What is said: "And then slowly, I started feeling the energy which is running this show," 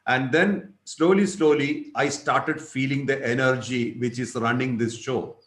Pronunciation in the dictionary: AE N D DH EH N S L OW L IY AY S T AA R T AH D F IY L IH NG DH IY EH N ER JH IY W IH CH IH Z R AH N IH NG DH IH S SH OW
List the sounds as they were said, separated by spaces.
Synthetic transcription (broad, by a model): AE N D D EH N S L OW L IY AY S T AA R T AH D F IY L IH NG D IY EH N ER JH IY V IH CH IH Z R AH N IH NG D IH S SH OW